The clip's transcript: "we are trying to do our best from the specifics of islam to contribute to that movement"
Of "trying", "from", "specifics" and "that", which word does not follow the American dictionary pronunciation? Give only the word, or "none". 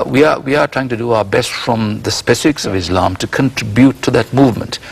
none